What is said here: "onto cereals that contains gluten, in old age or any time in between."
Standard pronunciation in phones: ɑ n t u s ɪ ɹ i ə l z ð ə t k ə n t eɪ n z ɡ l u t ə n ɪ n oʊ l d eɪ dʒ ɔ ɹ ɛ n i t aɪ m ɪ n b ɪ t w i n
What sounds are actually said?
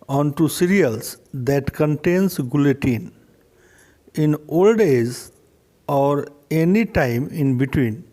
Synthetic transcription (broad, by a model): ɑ n t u s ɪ ɹ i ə l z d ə t k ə n t eɪ n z ɡ l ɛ t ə n ɪ n oʊ l d eɪ z ɔ ɹ ɛ n i t aɪ m ɪ n b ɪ t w i n